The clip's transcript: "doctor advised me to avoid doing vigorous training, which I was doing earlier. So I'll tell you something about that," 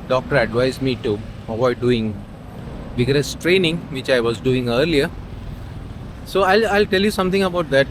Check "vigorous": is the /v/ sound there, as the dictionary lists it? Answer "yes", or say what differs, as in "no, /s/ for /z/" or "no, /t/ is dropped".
no, /b/ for /v/